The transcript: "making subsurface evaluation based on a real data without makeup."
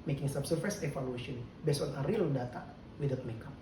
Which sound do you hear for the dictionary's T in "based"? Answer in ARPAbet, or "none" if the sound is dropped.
none